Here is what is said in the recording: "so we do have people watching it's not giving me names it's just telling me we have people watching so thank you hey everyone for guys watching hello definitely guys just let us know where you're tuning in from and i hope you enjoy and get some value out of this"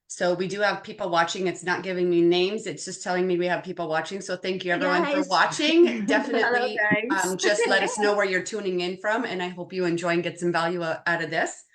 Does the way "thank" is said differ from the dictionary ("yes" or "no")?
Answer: no